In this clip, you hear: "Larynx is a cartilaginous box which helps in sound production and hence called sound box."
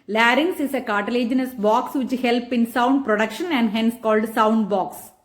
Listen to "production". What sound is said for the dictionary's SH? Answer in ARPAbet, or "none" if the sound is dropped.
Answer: SH